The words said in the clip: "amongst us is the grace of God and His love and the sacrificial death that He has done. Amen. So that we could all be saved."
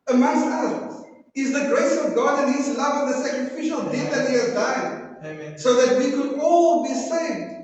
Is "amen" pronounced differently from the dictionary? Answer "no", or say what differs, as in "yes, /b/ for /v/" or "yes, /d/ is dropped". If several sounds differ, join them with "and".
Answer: yes, /m/ is dropped